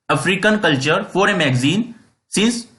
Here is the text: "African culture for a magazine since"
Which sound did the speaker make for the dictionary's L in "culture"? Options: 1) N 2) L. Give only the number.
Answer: 2